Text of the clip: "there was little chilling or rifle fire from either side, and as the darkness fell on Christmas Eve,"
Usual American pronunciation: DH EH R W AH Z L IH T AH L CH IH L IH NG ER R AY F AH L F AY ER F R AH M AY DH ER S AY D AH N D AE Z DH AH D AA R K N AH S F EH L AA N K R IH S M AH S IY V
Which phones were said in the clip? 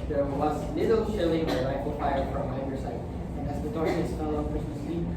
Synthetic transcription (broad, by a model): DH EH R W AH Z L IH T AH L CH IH L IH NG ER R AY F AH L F AY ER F R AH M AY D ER S AY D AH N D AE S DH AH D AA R N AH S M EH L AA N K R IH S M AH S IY